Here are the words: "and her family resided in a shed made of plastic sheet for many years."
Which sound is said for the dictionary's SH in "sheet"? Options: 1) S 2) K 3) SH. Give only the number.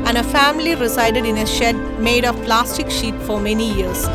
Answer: 3